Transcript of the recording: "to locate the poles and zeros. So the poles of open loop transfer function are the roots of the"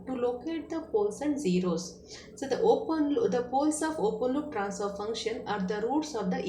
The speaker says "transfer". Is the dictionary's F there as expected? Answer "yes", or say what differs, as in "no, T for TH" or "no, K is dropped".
no, F is dropped